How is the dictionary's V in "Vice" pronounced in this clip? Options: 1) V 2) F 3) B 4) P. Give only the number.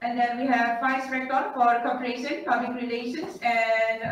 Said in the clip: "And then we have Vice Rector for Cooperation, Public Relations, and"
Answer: 2